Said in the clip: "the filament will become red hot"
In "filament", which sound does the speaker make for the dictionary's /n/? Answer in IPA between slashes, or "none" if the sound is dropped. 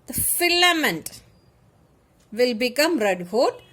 /n/